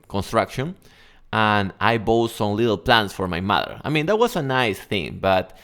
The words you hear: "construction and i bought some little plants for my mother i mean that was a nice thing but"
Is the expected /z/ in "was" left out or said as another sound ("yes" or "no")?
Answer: yes